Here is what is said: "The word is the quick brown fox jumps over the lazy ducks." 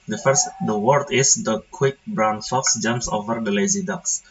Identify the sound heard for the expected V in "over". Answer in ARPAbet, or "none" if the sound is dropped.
V